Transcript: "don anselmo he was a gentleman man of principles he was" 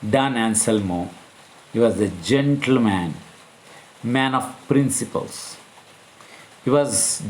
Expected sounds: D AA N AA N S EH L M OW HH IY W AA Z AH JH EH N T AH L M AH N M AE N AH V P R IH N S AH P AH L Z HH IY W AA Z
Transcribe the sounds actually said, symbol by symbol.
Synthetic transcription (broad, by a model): D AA N AA N S EH L M OW HH IY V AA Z AH JH EH N T AH L M AH N M AE N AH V P R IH N S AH P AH L S HH IY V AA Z